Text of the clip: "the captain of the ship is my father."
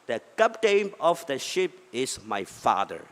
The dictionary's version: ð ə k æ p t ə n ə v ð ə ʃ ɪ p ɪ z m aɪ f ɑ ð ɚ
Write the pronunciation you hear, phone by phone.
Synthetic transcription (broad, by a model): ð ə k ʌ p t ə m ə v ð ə ʃ ɪ p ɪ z m aɪ f ɑ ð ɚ